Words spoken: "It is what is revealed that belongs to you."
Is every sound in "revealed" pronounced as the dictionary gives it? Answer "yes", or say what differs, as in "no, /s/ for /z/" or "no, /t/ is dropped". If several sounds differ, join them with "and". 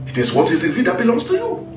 no, /l/ is dropped